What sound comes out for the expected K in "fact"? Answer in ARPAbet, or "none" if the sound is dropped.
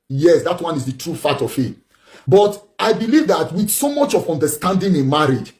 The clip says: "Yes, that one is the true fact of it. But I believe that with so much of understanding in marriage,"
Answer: none